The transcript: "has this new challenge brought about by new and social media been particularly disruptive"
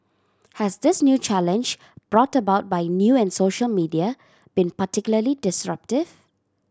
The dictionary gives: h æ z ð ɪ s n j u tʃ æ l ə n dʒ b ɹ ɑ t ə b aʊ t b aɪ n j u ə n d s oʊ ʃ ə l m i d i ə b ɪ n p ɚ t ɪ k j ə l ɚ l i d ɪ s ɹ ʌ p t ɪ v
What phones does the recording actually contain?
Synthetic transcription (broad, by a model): h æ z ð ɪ s n j u tʃ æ l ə n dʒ b ɹ ɑ t ə b aʊ t b aɪ n j u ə n s oʊ ʃ ə l m i d i ə b ɪ n p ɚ t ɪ k j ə l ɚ l i d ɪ s ɹ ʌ p t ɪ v